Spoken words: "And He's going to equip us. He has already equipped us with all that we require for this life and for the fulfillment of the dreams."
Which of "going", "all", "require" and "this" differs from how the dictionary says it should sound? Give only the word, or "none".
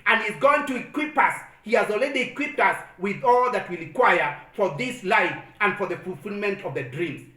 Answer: require